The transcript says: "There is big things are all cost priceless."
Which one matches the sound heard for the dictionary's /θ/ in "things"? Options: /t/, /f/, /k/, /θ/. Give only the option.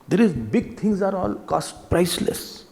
/t/